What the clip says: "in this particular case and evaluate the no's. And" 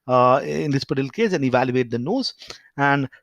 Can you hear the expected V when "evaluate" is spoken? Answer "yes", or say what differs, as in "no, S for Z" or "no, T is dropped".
yes